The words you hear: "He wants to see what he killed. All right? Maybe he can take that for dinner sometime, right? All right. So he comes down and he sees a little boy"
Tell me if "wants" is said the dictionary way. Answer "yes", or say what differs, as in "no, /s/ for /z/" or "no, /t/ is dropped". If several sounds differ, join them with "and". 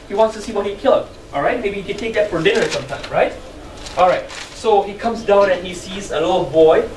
yes